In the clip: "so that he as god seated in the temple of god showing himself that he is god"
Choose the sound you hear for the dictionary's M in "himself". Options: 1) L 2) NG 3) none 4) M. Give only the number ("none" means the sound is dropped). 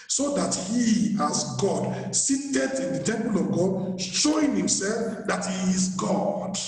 4